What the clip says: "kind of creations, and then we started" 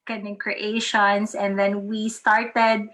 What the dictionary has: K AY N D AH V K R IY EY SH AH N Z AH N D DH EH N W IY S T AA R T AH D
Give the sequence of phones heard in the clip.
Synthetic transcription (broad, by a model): K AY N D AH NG K R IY EY SH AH N S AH N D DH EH N W IY S T AA R T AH D